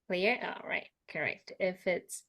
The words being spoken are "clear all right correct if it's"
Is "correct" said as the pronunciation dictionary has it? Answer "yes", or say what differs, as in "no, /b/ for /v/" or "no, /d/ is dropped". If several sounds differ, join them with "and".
yes